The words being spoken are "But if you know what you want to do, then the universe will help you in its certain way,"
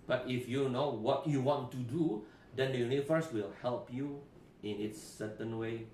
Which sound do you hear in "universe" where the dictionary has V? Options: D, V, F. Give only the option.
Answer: F